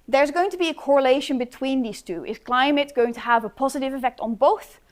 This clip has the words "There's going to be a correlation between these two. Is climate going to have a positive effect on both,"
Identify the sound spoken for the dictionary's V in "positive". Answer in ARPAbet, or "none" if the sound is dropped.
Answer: V